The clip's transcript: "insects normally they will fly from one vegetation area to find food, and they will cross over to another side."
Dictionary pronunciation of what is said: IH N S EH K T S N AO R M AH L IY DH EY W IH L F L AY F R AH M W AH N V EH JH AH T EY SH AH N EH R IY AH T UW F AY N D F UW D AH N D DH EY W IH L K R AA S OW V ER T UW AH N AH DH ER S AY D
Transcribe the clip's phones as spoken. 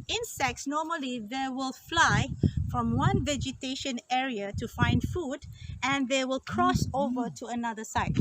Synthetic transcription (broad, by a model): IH N S EH K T S N AO M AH L IY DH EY W IH L F L AY F R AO M W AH N V EH JH AH T EY SH AH N EH R IY AH T UW F AY N D F UW D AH N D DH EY W IH L K R AA S OW V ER T UW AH N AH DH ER S AY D